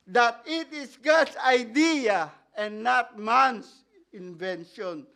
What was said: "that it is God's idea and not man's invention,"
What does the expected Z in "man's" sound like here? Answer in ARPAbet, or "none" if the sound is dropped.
S